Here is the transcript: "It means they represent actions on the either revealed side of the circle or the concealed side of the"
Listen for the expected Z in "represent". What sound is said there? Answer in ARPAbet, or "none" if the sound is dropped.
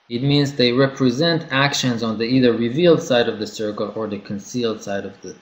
Z